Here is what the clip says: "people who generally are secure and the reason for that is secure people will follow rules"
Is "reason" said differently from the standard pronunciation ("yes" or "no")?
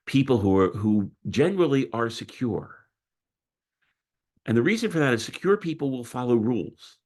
no